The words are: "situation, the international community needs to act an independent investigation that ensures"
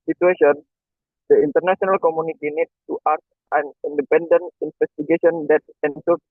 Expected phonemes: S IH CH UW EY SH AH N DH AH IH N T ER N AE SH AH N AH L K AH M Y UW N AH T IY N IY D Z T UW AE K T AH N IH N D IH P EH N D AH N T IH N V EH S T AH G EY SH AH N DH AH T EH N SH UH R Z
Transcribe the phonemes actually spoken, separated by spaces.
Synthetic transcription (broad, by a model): S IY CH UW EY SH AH N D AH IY N T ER N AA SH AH N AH L K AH M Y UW N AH T IY N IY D T UW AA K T AH N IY N D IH P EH N D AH N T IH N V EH S T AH G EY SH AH N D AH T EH N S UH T